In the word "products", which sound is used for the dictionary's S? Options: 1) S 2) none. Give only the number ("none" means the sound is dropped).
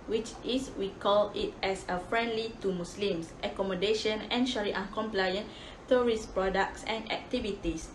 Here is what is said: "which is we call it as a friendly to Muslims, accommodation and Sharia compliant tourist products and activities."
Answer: 1